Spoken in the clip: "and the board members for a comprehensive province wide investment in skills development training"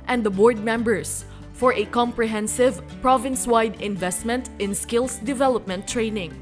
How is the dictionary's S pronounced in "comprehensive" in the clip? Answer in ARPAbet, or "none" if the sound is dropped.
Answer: S